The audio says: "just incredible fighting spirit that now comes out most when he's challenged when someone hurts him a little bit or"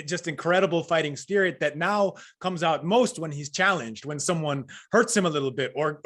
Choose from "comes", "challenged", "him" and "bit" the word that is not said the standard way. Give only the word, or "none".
none